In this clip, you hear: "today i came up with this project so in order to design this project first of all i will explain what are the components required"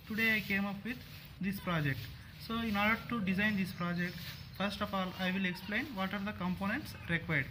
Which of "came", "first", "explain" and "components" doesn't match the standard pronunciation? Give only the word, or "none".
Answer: none